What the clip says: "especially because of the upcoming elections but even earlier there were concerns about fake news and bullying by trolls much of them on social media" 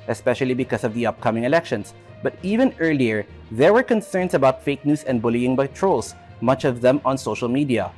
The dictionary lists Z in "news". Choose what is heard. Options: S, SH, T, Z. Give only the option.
S